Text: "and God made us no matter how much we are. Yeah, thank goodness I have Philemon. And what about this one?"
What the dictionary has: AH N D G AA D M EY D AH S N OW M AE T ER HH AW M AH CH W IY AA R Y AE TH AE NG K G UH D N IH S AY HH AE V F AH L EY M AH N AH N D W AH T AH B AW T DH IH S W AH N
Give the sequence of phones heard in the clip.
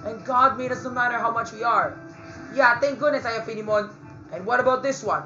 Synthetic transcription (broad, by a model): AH N G AA D M EY D AH S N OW M AE T ER HH AW M AH CH W IY AA R Y AE T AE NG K G UH D N IH S AY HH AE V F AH N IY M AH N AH N W AH T AH B AW T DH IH S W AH N